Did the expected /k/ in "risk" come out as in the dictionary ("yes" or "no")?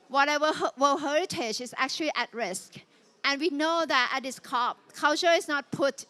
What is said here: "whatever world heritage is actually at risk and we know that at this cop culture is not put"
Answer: yes